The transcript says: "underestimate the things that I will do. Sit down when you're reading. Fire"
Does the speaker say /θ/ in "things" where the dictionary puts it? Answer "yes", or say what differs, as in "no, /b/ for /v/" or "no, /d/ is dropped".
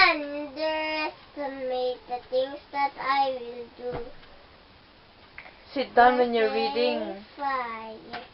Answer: no, /t/ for /θ/